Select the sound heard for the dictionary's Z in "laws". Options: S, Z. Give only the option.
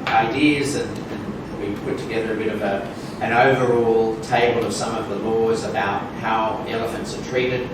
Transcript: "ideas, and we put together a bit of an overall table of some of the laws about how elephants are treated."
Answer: Z